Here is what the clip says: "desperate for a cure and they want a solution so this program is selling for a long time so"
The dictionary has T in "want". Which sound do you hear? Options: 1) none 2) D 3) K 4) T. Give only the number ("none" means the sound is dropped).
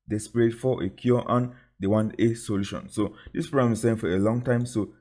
1